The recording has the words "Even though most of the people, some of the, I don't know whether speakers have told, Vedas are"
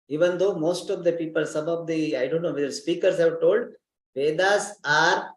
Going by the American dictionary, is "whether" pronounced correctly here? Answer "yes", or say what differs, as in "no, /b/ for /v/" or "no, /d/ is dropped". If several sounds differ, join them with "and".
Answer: no, /ð/ is dropped